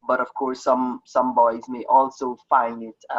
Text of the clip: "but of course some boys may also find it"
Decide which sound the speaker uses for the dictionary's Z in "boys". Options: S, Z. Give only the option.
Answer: Z